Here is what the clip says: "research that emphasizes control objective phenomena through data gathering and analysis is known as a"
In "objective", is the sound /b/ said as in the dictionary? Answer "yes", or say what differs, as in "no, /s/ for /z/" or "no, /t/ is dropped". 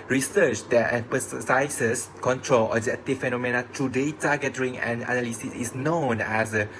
no, /b/ is dropped